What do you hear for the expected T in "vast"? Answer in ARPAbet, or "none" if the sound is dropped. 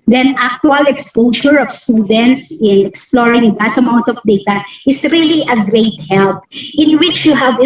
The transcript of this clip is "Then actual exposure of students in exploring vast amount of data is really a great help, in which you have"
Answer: none